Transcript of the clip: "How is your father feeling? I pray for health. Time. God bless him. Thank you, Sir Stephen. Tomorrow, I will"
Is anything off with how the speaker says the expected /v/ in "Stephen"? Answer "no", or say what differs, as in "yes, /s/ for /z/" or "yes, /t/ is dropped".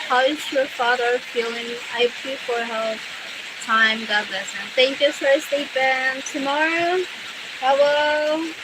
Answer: yes, /p/ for /v/